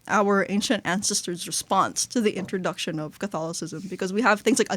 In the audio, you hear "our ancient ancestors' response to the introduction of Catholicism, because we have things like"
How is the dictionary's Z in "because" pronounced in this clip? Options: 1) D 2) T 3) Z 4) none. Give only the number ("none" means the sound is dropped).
3